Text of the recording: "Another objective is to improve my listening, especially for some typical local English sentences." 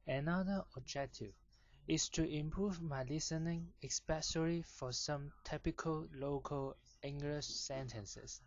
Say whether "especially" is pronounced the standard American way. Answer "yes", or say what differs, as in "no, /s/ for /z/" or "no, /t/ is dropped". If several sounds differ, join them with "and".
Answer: no, /s/ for /ʃ/